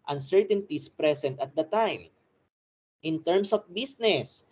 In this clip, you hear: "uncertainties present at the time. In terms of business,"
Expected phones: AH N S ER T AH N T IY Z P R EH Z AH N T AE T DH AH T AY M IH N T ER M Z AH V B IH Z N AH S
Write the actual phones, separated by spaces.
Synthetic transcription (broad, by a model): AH N S ER T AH N T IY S P R EH S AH N T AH T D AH T AY M IH N T ER M S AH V B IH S N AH S